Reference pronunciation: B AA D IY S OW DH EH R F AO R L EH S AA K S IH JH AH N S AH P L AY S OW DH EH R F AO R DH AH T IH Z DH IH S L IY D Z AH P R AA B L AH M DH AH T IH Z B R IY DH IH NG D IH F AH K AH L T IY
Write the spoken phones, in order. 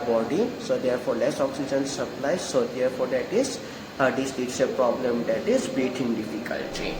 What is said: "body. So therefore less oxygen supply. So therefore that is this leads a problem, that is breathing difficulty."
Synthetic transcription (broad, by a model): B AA D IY S OW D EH R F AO R L EH S AA K S IH JH AH N S AH P L AY S OW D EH R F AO R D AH T IH Z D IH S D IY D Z AH P R AA B L AH M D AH T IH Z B IY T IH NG D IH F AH K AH L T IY